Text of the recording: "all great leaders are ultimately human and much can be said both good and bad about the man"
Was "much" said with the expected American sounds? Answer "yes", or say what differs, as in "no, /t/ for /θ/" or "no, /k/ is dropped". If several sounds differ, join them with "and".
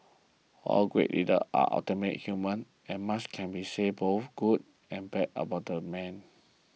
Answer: no, /s/ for /tʃ/